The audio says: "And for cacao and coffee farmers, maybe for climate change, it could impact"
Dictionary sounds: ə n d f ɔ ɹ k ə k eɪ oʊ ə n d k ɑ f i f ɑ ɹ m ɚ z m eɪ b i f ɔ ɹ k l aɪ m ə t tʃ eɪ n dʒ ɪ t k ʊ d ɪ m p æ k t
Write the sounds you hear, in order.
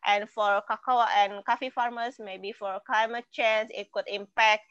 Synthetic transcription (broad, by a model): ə n f ɔ ɹ k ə k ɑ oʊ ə n k ɑ f i f ɑ ɹ m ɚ s m eɪ b i f ɔ ɹ k l aɪ m ə t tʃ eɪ n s ɪ t k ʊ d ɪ m p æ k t